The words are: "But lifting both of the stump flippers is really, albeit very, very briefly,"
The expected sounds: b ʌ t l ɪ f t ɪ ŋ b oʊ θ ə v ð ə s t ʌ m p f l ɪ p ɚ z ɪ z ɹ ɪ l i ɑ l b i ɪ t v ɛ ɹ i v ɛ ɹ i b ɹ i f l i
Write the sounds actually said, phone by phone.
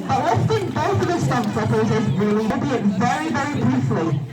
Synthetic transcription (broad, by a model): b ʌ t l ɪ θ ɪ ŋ b oʊ θ ə v ð ə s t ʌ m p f ɪ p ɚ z ɪ z ɹ ɪ l i ɑ l b i ɪ t v ɛ ɹ i v ɛ ɹ i b ɹ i f l i